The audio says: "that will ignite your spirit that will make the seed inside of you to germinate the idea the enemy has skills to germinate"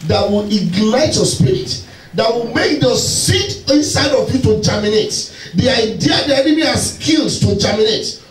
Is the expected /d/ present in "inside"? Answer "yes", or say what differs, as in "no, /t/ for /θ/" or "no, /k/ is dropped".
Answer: yes